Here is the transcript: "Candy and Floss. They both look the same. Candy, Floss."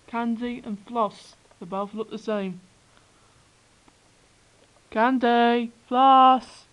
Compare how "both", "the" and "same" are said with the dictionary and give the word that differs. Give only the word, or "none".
both